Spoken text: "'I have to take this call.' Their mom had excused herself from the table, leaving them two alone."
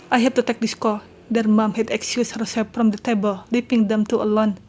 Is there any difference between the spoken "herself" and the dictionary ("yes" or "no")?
yes